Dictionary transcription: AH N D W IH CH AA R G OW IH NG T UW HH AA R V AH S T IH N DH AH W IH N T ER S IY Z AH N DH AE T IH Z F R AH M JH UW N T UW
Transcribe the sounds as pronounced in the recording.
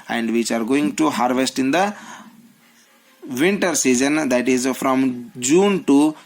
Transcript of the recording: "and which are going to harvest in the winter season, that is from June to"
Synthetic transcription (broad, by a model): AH N D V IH CH AA R G OW IH NG T UW HH AA R V AH S T IH N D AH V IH N T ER S IY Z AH N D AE T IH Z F R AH M JH UW N T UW